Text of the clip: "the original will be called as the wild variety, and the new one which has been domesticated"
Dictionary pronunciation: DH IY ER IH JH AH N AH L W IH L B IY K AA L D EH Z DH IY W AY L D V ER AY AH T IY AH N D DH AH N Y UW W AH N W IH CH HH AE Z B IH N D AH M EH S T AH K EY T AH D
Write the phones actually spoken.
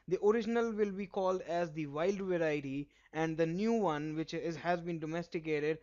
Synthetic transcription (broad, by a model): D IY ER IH JH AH N AH L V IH L B IY K AA L D EH Z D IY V AY L D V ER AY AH T IY AH N D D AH N Y UW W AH N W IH CH HH AE Z B IH N D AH M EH S T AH K EY T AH D